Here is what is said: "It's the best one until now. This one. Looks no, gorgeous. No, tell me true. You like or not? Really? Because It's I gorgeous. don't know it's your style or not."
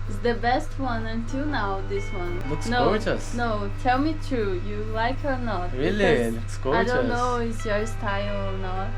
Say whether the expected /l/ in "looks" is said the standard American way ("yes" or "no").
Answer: no